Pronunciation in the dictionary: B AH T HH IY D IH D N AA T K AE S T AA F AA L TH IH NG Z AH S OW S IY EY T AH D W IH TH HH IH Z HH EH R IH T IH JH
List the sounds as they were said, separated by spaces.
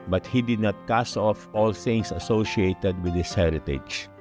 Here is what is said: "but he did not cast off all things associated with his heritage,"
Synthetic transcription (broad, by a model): B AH T HH IY D IH D N AA T K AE S AA F AA L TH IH NG S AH S OW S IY EY T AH D W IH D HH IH S HH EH R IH T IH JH